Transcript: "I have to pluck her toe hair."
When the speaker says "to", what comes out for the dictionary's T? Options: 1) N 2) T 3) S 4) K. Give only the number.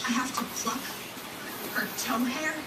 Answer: 2